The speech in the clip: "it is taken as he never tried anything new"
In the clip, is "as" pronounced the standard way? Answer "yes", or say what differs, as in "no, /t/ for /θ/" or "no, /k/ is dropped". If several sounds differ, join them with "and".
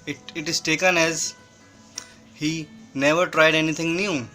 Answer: yes